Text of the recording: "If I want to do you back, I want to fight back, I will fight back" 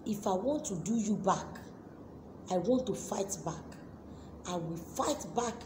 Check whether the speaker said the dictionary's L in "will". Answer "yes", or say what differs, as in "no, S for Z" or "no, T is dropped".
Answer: yes